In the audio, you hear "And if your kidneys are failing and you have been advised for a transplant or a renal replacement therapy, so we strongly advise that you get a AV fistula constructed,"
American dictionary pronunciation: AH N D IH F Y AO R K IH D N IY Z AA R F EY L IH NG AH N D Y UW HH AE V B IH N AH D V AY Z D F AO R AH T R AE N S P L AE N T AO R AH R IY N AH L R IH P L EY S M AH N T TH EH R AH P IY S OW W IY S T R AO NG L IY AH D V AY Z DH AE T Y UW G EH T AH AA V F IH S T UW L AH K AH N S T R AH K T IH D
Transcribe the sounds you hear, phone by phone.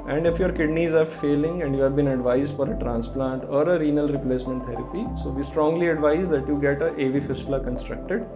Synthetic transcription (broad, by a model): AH N D IH F Y AO R K IH D N IY Z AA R F EY L IH NG AH N D Y UW HH AE V B IH N AH D V AY Z D F AO R AH T R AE N S P L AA N T AO R AH R IY N AH L R IH P L EY S M AH N T T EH R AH P IY S OW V IY S T R AO NG L IY AH D V AY Z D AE T Y UW G EH T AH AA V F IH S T L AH K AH N S T R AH K T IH D